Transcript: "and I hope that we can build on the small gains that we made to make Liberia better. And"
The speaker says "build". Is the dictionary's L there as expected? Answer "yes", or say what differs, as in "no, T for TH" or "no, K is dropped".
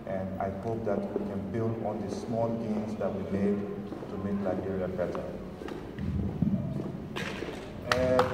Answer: yes